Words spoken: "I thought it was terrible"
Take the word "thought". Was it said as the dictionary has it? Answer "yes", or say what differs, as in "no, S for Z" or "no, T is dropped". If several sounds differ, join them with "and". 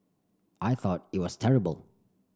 yes